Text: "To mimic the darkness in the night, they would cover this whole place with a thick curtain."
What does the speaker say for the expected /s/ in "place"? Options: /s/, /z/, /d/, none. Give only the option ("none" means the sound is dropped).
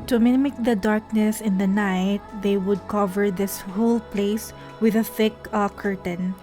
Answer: /s/